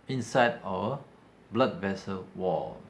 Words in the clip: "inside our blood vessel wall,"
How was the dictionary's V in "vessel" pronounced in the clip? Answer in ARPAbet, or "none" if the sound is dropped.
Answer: V